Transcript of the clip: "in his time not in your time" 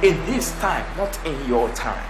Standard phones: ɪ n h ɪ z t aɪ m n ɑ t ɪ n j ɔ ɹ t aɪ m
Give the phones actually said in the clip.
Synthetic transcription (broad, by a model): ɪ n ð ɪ s t aɪ m n ɑ t ɪ n j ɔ t aɪ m